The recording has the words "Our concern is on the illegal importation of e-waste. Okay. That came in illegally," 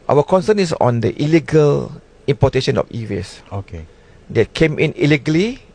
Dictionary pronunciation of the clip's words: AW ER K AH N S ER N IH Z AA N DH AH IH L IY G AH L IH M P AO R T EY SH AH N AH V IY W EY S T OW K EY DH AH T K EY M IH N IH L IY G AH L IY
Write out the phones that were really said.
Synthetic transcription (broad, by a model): AW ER K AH N S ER N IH S AA N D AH IH L IY G AH L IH M P AO T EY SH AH N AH F IY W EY S OW K EY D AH T K EY M IH N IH L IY G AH L IY